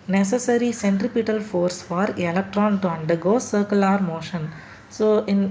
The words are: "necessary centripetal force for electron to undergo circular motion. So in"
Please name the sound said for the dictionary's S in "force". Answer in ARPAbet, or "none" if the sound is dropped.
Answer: S